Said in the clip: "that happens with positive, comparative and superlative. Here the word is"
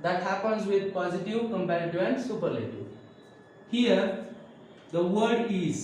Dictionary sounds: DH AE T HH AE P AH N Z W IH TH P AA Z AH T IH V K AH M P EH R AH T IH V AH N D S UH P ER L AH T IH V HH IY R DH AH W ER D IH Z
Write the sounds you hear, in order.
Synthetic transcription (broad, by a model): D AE T HH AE P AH N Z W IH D P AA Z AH T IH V K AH M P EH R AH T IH AH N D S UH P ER L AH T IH HH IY R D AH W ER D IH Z